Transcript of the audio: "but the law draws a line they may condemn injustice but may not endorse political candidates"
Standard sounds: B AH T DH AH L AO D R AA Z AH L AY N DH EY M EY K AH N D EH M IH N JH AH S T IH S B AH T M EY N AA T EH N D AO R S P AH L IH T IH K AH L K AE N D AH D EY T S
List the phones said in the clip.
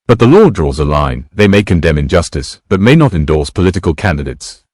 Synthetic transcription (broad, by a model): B AH T DH AH L AO D R AA Z AH L AY N DH EY M EY K AH N D EH M IH N JH AH S T IH S B AH T M EY N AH T EH N D AO R S P AH L IH T IH K AH L K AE N D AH D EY T S